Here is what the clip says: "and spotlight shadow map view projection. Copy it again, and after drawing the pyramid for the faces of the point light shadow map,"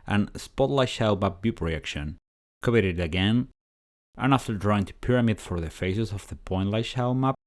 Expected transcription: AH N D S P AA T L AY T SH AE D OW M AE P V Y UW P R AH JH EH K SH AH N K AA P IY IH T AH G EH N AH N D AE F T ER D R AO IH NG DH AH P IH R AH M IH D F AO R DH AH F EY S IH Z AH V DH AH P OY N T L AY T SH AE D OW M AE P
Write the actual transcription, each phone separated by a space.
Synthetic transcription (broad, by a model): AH N S P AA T L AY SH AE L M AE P B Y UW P R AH EH K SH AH N K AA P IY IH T AH G EH N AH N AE F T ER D R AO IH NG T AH P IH R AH M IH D F AO R DH AH F EY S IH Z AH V DH AH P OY N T L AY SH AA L M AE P